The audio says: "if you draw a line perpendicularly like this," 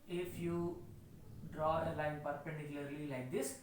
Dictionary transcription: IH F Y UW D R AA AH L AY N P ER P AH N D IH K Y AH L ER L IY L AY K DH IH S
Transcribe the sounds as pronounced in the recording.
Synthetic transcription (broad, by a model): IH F Y UW D R AA AH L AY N P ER P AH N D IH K Y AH L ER L IY L AY K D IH S